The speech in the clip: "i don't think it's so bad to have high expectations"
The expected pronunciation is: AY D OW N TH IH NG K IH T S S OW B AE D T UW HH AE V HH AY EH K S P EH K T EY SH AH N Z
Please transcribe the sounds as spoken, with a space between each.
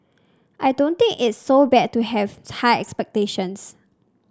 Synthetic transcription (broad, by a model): AY D OW N T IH NG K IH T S S OW B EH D T UW HH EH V HH AY EH K S P EH K T EY SH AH N S